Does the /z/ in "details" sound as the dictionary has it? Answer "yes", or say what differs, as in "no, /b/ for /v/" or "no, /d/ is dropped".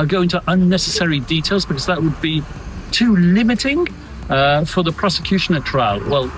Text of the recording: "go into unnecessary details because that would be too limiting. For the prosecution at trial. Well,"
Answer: yes